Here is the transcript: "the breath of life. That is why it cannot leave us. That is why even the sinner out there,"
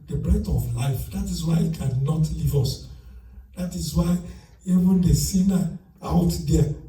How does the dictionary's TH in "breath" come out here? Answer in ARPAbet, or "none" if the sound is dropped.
T